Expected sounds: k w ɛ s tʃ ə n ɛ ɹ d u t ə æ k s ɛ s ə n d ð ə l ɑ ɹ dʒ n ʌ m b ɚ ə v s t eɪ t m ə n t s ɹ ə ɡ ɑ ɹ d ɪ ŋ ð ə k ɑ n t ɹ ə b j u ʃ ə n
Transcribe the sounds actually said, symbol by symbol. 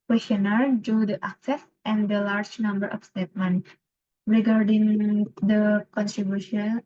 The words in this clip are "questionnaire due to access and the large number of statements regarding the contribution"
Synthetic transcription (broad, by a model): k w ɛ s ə n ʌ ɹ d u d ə æ k s ɛ s ə n d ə l ɑ ɹ dʒ n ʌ m b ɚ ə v s t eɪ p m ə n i ɹ ə ɡ ɑ ɹ d ɪ ŋ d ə k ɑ n t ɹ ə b j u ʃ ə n